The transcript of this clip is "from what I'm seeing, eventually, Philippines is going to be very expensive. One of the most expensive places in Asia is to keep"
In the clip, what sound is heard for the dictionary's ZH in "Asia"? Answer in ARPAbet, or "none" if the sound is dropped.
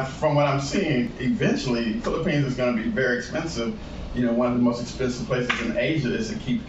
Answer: ZH